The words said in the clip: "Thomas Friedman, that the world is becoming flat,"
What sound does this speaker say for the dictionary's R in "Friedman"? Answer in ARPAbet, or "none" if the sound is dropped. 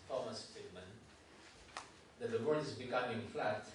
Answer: none